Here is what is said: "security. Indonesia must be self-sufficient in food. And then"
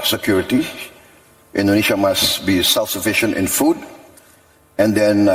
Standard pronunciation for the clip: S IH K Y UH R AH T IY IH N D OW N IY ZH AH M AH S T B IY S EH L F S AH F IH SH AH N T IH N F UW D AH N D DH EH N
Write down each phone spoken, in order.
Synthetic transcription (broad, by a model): S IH K Y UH R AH T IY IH N D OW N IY SH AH M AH S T B IY S EH L F S AH F IH SH AH N T IH N F UW D AH N D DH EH N